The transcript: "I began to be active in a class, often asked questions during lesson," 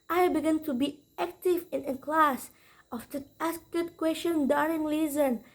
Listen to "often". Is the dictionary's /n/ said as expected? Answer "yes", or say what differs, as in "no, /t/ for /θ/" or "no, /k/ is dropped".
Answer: no, /n/ is dropped